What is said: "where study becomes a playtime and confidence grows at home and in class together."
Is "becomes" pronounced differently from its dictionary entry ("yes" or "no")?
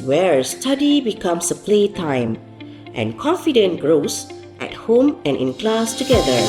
yes